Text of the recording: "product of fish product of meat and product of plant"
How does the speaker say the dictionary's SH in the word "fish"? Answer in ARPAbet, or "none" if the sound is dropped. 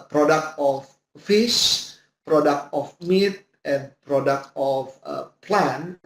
S